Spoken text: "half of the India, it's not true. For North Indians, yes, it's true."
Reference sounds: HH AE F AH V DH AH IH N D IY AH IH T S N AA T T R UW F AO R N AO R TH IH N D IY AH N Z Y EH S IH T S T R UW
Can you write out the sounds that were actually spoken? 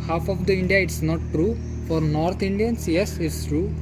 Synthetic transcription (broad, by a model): HH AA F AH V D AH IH N D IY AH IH T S N AA T T R UW F AO R N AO R T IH N D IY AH N S Y EH S IH T S T R UW